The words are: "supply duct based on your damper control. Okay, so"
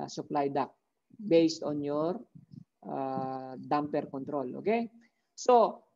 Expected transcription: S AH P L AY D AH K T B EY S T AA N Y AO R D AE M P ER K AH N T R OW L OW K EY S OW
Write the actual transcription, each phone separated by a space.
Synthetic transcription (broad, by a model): S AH P L AY D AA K B EY S T AA N Y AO R D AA M P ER K AH N T R OW L OW K EY S OW